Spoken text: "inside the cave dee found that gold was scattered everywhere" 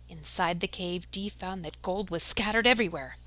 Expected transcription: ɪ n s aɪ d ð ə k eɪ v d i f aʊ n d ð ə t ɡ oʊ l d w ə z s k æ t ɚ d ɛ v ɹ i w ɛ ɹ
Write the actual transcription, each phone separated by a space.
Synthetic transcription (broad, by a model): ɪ n s aɪ d ð ə k eɪ v d i f aʊ n ð ə t ɡ oʊ l d w ə z s k æ t ɚ d ɛ v ɹ i w ɛ ɹ